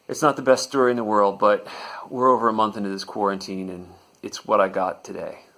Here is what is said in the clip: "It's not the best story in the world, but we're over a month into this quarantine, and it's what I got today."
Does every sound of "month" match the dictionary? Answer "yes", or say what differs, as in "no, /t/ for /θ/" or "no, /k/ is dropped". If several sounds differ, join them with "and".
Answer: yes